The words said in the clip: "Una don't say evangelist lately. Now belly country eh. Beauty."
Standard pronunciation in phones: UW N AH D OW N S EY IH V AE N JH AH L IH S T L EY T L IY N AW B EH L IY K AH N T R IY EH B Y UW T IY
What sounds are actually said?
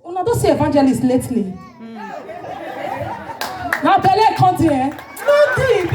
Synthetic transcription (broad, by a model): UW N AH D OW S EY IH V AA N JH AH L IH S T L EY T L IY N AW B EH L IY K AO T IY EH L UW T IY